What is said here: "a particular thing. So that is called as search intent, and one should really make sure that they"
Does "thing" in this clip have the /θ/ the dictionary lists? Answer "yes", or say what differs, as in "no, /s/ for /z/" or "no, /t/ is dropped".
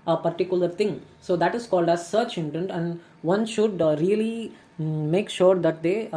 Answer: no, /t/ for /θ/